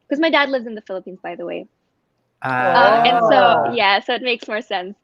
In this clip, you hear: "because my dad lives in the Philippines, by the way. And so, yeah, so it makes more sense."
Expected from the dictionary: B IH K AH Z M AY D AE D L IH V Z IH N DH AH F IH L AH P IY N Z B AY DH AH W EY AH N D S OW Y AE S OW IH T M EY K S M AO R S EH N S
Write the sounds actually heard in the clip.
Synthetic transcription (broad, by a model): K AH Z M AY D AE D L IH V Z IH N DH AH F IH L AH P IY N Z B AY DH AH W EY AH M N S OW Y AE S OW IH T M EY K S M AO R S EH N S